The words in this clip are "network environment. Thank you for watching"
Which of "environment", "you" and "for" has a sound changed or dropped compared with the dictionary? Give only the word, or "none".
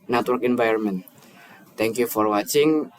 environment